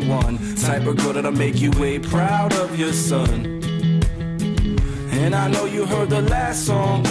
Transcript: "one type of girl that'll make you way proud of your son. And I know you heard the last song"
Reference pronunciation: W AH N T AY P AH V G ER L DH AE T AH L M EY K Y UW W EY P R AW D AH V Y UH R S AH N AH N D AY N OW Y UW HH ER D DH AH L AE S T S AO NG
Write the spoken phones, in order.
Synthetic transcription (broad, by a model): W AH N S AY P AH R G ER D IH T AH M EY K Y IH W EY P R AW D AH V Y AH R S AH N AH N AY N OW Y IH HH ER D DH AH L AE S T S AO NG